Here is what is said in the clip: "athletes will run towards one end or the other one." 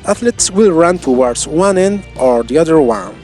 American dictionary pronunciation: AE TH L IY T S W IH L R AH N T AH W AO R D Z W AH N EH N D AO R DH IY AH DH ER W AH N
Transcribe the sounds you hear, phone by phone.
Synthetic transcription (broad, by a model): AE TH L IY T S W IH L R AH N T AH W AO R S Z W AH N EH N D AO R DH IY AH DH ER W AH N